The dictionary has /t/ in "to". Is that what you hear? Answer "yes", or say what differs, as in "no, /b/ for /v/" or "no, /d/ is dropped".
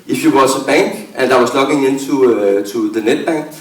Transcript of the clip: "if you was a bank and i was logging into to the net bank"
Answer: no, /s/ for /t/